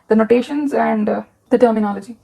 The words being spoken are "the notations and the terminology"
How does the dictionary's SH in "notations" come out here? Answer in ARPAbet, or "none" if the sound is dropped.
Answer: SH